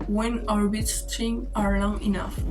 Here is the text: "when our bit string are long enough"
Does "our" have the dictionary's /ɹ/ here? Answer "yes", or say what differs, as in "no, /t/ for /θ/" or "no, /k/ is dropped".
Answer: yes